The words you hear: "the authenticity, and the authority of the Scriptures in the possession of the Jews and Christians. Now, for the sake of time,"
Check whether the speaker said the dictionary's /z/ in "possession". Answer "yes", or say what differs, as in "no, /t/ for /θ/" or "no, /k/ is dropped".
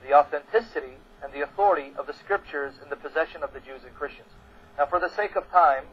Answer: yes